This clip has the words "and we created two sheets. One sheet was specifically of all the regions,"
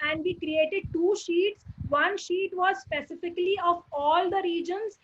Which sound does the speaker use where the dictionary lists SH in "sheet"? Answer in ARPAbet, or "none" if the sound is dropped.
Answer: SH